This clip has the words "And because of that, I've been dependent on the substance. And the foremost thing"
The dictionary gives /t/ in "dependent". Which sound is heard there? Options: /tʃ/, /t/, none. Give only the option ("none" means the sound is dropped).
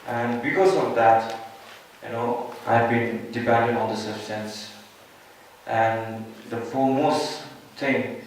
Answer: none